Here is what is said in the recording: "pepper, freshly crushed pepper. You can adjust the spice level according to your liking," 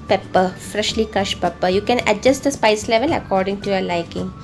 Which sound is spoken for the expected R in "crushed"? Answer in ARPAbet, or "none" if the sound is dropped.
none